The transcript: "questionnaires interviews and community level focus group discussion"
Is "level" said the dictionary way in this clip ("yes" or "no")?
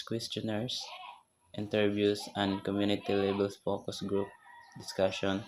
no